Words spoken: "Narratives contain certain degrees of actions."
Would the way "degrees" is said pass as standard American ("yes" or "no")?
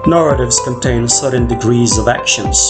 yes